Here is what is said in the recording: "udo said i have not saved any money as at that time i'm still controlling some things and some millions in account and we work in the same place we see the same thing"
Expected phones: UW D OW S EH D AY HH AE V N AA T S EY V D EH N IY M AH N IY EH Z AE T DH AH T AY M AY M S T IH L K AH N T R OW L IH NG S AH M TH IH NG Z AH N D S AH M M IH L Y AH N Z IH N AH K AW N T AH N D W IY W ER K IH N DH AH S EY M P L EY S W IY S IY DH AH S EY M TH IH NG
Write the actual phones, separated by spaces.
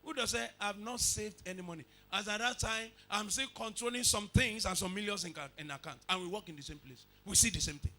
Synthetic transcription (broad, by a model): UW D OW S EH AY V N AA T S EY V D EH N IY M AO N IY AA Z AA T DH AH T AY M AY M S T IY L K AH N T R OW L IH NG S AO M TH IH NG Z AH N S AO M M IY L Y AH N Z IH N AH K AW N T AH N W IY W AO K IH N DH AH S EY M P L EY S W IY S IY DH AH S EY M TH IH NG